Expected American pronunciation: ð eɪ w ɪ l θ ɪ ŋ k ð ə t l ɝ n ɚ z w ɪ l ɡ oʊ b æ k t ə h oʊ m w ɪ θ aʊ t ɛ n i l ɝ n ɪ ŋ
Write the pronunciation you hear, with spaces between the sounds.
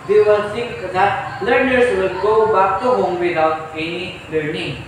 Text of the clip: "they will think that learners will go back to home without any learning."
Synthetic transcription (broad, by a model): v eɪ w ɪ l t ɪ ŋ k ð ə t l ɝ n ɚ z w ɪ l ɡ oʊ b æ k t ə h oʊ m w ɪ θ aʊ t ɛ n i l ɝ n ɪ ŋ